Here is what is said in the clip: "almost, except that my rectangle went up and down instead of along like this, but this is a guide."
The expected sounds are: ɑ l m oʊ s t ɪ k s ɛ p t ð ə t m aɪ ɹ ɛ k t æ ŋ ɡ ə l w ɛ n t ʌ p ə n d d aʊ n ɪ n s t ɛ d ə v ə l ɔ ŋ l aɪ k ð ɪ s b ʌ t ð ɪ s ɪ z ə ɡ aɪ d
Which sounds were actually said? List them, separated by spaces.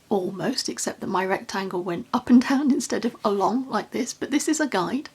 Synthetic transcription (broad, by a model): ɑ l m oʊ s t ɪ k s ɛ p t ð ə t m aɪ ɹ ɛ k t æ ŋ ɡ ə l w ɛ n t ʌ p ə n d d aʊ n ɪ n s t ɛ d ə v ə l ɔ ŋ l aɪ k ð ɪ s b ʌ t ð ɪ s ɪ z ə ɡ aɪ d